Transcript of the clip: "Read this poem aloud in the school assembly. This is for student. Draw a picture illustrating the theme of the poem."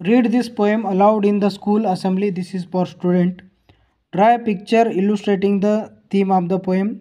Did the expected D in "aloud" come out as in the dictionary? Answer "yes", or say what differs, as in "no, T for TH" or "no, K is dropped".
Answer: yes